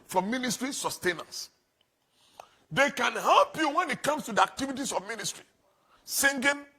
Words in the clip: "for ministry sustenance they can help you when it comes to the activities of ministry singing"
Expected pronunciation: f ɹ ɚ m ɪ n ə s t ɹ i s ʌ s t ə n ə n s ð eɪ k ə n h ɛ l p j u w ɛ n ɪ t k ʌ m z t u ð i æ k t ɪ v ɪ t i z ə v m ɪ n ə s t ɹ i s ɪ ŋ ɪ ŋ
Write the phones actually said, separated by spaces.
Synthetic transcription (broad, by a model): f ɹ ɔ m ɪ n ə s t ɹ i s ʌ s t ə n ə n s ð eɪ k ə n h ɛ l p j u w ɛ n ɪ t k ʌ m s t u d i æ k t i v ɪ t i s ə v m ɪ n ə s t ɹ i s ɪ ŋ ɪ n